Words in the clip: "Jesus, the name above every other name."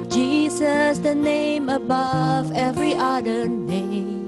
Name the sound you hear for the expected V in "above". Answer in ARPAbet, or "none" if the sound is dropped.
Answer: V